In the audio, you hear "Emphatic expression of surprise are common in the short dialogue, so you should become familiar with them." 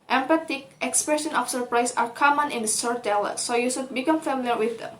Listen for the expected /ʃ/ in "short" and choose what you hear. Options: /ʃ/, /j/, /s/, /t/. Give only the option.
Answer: /s/